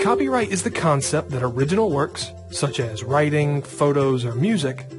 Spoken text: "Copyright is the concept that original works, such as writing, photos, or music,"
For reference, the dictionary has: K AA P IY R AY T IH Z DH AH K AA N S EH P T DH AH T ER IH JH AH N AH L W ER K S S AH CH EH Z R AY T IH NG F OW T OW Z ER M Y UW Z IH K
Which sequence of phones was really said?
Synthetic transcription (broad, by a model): AA P IY R AY T IH Z DH AH K AA N S EH P T DH AH T ER IH JH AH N L W ER K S S AH CH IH Z R AY T IH NG F OW T OW Z ER M Y UW Z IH K